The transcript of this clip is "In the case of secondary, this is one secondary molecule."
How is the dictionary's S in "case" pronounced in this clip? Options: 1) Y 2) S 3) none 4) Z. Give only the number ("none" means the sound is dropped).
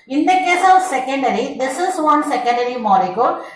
2